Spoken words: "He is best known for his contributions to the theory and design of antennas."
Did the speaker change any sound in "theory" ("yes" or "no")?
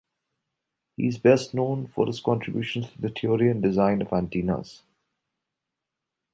yes